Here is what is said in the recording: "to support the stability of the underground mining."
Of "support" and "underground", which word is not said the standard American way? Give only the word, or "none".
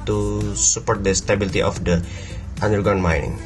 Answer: underground